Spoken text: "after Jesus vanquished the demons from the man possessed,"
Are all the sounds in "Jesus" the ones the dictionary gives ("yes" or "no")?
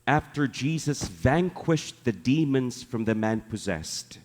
yes